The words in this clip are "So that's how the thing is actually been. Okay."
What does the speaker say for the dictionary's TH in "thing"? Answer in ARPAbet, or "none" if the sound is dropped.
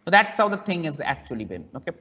T